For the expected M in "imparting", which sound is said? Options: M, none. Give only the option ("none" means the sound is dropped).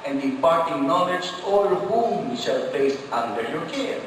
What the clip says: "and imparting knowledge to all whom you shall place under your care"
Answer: none